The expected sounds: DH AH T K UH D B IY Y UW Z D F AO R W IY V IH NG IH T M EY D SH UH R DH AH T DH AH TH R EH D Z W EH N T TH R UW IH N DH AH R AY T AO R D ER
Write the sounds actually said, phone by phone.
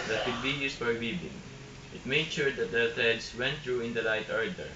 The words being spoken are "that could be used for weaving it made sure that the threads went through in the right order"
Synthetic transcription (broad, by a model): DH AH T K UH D B IY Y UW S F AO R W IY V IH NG IH T M EY D SH UH R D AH T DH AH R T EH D S W EH N T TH R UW IH N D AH L AY T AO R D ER